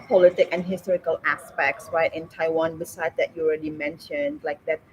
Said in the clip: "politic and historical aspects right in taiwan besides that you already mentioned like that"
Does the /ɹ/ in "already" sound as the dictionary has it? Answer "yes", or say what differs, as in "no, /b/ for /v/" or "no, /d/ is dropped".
yes